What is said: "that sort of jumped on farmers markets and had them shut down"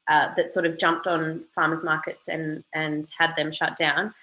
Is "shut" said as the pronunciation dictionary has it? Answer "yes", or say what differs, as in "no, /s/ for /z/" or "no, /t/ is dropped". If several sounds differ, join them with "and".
yes